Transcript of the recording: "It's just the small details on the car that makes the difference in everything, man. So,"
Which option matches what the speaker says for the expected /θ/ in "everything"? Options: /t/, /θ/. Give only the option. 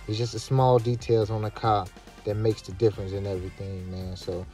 /θ/